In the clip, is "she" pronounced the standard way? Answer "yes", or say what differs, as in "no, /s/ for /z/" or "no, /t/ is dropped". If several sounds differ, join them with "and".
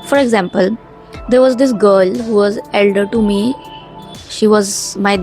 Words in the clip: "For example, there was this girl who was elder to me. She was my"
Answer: yes